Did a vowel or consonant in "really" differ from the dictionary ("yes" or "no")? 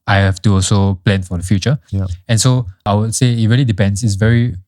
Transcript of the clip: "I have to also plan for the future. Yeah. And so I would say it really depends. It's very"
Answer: no